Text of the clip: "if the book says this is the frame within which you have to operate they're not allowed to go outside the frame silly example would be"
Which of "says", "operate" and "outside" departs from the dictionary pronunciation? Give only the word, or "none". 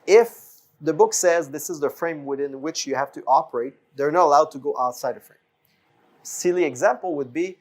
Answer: none